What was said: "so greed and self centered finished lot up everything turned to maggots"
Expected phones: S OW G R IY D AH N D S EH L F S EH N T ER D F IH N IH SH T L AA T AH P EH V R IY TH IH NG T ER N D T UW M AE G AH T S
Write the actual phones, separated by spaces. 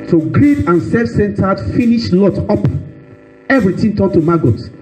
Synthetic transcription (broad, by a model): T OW G R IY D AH N S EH F S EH N T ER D F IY N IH SH L AA T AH P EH V R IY T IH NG T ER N T UW M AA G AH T